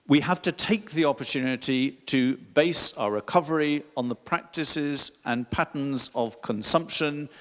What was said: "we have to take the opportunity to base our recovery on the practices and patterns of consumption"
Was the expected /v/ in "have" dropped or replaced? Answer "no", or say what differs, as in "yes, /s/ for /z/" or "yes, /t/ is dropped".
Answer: yes, /f/ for /v/